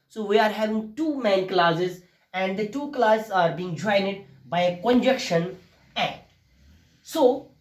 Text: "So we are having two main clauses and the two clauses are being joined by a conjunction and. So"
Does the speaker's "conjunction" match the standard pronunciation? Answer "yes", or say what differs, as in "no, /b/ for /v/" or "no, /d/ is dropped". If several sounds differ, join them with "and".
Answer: no, /ŋ/ is dropped